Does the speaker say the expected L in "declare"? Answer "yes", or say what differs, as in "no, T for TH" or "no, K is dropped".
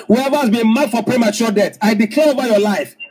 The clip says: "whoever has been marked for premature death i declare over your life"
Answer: yes